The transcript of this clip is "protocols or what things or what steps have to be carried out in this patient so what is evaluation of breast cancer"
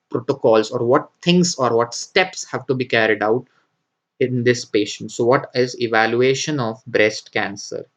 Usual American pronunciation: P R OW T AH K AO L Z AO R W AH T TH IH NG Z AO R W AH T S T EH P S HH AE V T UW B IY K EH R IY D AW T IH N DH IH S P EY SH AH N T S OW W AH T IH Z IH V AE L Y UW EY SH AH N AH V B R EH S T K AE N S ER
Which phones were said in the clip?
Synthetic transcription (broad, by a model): P R OW T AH K AO L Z AO R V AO T T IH NG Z AO R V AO T S T EH P S HH AE V T UW B IY K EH R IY D AW T IH N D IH S P EY SH AH N T S OW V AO T IH Z IH V AE L Y UW EY SH AH N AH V B R EH S T K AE N S ER